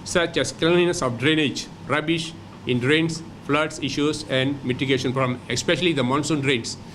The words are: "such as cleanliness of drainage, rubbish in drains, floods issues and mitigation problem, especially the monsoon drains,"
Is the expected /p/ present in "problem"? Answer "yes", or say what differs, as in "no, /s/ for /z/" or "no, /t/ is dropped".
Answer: no, /f/ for /p/